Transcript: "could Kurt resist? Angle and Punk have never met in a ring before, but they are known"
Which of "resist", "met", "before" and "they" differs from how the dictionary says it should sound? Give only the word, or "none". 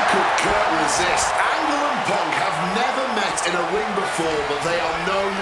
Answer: none